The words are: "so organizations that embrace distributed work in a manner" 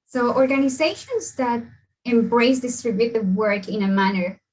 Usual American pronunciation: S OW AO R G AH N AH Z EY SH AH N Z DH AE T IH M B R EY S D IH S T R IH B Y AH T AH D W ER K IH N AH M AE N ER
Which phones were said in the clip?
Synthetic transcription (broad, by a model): S OW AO R G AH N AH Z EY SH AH N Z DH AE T IH M B R EY S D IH S T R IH B Y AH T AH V W ER K IH N AH M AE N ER